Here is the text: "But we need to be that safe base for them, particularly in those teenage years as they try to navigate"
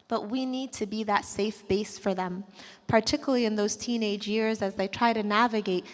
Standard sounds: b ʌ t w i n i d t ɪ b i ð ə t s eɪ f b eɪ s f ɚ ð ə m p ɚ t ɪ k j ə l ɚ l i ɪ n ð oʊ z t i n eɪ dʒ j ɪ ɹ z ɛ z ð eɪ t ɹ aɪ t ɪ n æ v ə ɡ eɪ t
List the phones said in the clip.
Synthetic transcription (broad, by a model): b ʌ t w i n i d t ɪ b i ð ə t s eɪ f b eɪ s f ɚ ð ə m p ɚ t ɪ k j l l i ɪ n ð oʊ z t i n eɪ dʒ j ɪ ɹ z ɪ z ð eɪ t ɹ aɪ t ɪ n æ v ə ɡ eɪ t